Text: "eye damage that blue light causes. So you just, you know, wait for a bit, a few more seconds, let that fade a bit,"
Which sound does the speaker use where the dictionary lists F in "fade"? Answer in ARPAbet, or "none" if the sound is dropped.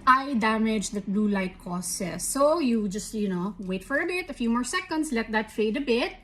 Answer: F